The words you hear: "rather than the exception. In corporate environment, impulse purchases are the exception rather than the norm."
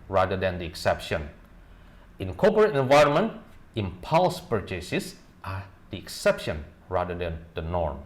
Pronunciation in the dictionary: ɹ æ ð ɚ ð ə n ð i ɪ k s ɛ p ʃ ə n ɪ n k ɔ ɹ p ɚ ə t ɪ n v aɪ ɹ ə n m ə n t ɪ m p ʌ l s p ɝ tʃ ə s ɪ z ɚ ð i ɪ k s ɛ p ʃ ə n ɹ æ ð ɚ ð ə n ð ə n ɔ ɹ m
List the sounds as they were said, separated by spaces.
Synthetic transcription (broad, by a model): ɹ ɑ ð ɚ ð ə n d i ɪ k s ɛ p ʃ ə n ɪ n k ɔ p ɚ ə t ɪ n v aɪ ɹ ə n m ə n t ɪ m p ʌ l s p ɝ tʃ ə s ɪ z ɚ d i ɪ k s ɛ p ʃ ə n ɹ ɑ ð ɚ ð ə n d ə n ɔ ɹ m